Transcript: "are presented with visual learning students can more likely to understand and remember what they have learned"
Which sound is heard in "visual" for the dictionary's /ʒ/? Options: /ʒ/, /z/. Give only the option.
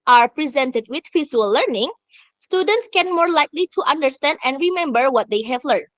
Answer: /z/